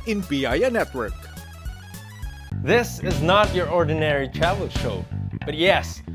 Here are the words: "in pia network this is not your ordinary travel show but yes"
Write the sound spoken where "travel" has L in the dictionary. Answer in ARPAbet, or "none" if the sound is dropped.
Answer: N